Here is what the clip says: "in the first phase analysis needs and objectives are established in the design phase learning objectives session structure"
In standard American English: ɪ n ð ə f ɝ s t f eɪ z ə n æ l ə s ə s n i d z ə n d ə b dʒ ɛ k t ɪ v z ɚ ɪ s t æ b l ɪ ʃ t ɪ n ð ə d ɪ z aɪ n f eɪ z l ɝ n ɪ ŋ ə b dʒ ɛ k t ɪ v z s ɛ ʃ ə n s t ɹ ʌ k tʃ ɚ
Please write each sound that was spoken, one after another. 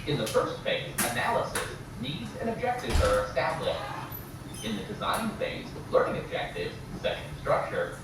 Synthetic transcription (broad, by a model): ɪ n ð ə f ɝ s t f eɪ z ə n æ l ə s ə s n i d z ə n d ə b dʒ ɛ k t ɪ v z ɚ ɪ s t æ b l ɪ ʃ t ɪ n ð ə d ɪ z aɪ n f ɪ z l ɝ n ɪ ŋ ə b dʒ ɛ k t ɪ v z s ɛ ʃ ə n s t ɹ ʌ k tʃ ɚ